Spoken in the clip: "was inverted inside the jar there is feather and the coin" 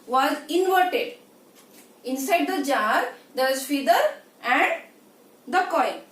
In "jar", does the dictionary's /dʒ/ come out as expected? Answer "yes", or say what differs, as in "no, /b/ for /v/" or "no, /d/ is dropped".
yes